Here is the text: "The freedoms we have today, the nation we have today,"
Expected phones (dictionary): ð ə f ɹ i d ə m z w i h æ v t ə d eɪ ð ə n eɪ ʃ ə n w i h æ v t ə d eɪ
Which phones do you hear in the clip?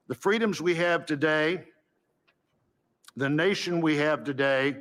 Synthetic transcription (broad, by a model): ð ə f ɹ i d ə m z w i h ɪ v t ə d eɪ ð ə n eɪ ʃ ə n w i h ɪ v t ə d eɪ